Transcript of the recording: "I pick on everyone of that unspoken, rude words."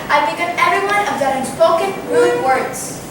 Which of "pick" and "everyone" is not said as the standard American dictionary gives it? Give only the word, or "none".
pick